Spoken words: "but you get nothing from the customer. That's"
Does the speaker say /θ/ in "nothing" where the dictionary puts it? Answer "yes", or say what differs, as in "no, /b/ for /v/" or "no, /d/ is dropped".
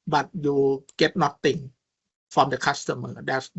no, /t/ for /θ/